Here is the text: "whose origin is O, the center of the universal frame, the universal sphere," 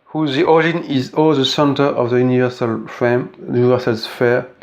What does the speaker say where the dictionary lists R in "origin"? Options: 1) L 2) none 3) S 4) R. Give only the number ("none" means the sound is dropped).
2